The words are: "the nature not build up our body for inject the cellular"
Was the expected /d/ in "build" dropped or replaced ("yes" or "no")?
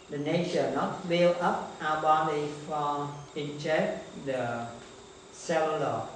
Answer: yes